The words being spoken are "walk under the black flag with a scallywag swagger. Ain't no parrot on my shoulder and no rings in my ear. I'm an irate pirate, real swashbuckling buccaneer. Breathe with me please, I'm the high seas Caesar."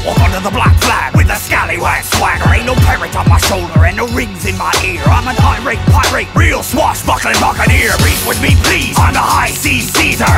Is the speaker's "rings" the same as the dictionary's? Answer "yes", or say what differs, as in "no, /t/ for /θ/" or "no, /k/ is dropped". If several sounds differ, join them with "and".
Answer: yes